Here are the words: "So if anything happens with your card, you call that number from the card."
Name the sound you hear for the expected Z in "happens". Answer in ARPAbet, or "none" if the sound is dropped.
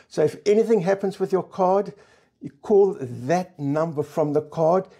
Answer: Z